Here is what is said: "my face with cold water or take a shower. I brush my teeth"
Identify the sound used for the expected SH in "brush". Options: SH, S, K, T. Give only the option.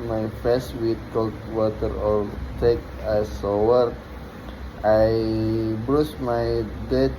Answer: S